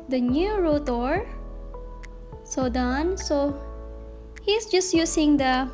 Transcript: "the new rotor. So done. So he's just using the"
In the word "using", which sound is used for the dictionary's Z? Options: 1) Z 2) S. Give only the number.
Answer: 2